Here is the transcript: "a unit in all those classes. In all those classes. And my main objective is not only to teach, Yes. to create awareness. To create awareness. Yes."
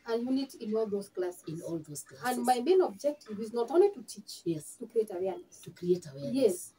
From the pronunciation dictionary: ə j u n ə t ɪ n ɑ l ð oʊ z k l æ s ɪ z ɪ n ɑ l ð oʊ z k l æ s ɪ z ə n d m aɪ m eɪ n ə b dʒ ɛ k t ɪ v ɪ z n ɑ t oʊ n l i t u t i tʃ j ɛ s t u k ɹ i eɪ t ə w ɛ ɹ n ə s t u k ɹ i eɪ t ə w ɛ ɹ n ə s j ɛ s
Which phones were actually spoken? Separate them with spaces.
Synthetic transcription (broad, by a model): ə j u n ə t ɪ n ɑ l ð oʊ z k l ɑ s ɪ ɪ n ɑ l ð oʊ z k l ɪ ə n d m aɪ m eɪ n ə b dʒ ɛ k t ɪ v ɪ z n ɑ t oʊ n l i t u t i tʃ j ɛ s t u k ɹ i eɪ t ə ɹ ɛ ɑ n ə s t u k ɹ i eɪ t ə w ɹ ə j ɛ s